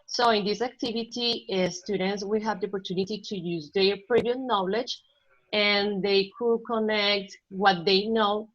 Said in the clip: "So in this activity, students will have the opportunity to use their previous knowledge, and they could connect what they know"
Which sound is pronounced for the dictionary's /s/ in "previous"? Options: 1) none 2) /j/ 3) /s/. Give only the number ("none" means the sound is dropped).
1